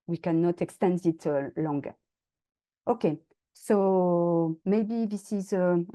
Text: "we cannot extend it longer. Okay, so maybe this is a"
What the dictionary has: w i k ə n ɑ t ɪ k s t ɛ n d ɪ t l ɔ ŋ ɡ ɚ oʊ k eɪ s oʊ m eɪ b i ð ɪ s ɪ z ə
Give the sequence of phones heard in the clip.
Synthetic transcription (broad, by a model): w i k ə n ɑ t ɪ k s t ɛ n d ɪ t l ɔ ŋ ɡ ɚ oʊ k eɪ s oʊ m eɪ b i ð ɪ s ɪ z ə